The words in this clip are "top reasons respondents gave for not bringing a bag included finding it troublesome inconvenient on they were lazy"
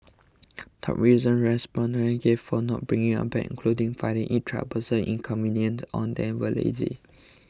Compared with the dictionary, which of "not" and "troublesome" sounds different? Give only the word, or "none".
troublesome